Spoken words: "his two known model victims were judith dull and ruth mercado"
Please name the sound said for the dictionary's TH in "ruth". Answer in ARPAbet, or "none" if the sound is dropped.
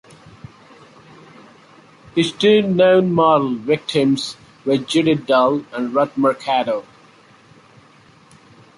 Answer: T